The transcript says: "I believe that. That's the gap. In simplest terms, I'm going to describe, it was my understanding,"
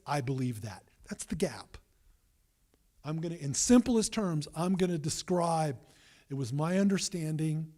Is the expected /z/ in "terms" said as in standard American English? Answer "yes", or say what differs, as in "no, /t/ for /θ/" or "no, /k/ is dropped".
yes